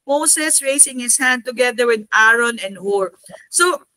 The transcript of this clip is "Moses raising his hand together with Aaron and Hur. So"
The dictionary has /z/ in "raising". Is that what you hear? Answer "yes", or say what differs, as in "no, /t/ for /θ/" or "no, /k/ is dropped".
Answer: no, /s/ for /z/